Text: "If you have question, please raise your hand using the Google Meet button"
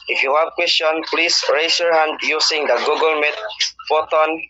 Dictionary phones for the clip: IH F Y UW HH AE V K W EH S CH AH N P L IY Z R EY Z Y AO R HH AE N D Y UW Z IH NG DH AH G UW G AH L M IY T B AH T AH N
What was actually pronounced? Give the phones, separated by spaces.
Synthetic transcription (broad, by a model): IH F Y UW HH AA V K W EH S CH AH N P L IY S R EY S Y AO R HH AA N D Y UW S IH NG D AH G UW G AH L M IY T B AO T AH N